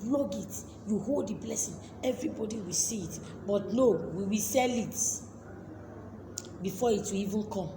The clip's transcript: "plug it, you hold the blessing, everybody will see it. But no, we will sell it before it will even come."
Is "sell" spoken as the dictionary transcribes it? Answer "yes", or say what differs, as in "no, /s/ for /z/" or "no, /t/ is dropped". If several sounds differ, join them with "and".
yes